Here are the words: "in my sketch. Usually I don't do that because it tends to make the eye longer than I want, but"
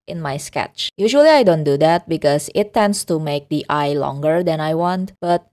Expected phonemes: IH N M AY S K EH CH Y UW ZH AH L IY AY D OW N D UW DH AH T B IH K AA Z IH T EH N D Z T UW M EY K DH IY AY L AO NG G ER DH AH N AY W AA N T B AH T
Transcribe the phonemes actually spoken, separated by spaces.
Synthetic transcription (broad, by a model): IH N M AY S K EH CH Y UW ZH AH L IY AY D OW N D UW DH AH T B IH K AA S IH T EH N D S T UW M EY K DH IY AY L AO NG G ER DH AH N AY W AA N T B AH T